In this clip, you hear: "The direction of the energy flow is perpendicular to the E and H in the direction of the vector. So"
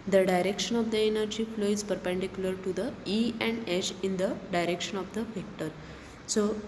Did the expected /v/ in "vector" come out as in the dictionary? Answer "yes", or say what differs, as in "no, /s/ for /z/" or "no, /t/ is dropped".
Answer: no, /f/ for /v/